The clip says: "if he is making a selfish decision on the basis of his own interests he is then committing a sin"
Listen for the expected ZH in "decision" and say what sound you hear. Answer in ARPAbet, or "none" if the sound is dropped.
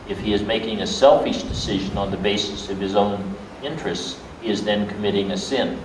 ZH